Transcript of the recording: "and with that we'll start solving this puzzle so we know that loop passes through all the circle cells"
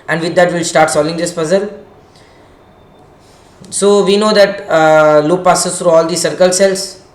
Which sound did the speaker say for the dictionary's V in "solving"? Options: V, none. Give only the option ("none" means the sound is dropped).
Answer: none